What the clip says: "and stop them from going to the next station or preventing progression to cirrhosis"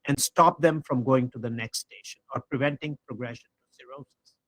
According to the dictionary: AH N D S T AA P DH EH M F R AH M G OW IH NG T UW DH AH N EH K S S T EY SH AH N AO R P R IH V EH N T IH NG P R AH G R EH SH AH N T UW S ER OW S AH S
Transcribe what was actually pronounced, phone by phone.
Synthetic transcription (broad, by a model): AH N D S T AA P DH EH M F R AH M G OW IH NG T UW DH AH N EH K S S T EY SH AH N AO R P R IH V EH N T IH NG P R AH G R EH SH AH N T UW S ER OW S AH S